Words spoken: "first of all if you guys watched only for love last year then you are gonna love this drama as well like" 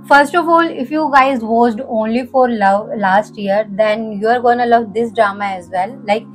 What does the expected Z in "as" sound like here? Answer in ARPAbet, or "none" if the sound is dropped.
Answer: Z